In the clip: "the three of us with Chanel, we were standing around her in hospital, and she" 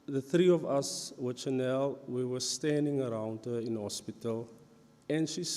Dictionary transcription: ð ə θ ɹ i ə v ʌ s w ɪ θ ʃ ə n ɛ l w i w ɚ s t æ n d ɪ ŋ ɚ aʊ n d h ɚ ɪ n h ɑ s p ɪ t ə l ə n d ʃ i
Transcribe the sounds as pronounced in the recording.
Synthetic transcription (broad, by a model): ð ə θ ɹ i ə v ʌ s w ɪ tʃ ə n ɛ l w i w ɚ s t æ n d ɪ ŋ ɚ aʊ n d h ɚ ɪ n h ɑ s p ɪ t ə l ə n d ʃ i